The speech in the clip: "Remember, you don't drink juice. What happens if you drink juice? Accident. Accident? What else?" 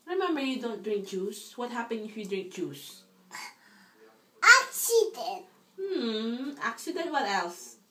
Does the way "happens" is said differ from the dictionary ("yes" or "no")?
yes